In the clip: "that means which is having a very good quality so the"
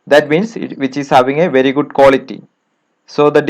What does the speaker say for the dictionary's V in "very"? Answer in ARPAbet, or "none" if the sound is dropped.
V